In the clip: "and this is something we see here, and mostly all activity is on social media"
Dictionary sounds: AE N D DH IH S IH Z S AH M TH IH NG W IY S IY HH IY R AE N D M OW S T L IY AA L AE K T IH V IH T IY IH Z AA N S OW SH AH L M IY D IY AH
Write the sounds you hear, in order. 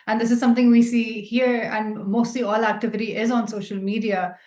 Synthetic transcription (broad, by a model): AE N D IH S IH Z S AH M T IH NG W IY S IY HH IY R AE N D M OW S T L IY AA L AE K T IH V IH T IY IH Z AA N S OW SH AH L M IY D IY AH